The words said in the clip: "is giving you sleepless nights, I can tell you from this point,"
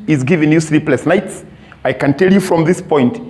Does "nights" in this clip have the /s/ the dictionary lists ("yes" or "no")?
yes